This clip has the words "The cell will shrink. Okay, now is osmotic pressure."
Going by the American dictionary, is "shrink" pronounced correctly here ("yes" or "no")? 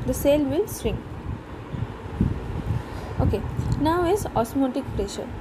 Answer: no